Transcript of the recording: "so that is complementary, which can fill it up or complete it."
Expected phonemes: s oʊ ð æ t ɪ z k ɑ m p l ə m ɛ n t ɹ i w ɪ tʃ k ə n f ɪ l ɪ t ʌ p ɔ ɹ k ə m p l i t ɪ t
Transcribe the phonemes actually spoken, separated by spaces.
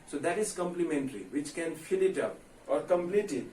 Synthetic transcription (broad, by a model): s oʊ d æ t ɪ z k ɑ m p l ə m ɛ n t ɹ i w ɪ tʃ k ə n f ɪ l ɪ t ʌ p ɔ ɹ k ə m p l i t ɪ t